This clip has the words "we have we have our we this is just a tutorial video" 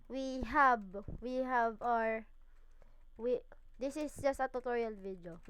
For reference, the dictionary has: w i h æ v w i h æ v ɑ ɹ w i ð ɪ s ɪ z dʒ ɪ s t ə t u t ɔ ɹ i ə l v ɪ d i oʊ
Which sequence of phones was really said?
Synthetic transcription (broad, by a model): w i h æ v w i h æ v ɑ ɹ w i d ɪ s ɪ s dʒ ɪ s t ə t u t ɔ ɹ i ə l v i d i oʊ